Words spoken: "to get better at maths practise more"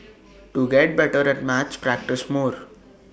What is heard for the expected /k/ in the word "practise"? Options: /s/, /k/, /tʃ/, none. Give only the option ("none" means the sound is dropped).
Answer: /k/